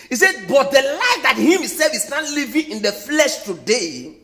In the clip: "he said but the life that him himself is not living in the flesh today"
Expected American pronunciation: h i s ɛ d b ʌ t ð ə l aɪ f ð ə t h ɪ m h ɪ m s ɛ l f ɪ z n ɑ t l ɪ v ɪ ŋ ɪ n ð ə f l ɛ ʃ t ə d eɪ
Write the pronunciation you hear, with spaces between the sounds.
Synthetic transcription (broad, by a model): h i s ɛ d b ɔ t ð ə l aɪ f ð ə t h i m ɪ s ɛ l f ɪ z n ɑ t l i v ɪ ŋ ɪ n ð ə f l ɛ ʃ t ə d eɪ